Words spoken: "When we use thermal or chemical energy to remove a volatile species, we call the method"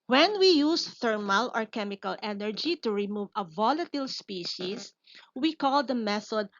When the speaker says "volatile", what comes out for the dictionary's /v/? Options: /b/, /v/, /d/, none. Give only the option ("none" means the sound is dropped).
/v/